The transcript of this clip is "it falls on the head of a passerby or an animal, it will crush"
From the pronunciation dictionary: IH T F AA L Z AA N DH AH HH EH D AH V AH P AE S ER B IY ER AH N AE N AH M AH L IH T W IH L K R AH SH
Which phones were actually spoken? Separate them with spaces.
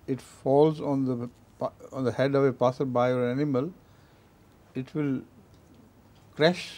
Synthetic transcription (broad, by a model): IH T F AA L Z AA N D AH HH EH D AH V AH P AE S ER B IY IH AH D AE N AH M AH L IH T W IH L K R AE SH